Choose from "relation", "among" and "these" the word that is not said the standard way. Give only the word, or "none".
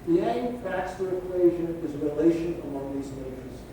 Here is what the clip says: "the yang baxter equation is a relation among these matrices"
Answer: none